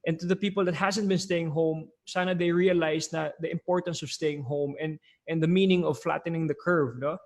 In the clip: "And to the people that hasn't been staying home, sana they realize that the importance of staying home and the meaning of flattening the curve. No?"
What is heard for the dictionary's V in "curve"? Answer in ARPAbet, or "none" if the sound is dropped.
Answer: V